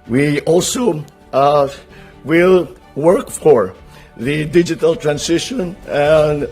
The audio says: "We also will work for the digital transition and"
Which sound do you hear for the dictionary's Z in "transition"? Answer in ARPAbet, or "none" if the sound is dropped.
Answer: S